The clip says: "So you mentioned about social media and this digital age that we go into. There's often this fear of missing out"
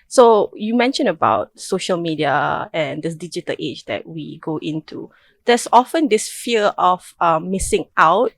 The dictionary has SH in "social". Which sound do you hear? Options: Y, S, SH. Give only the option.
SH